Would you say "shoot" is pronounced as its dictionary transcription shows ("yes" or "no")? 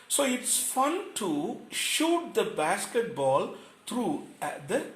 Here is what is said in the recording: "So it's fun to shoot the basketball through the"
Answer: yes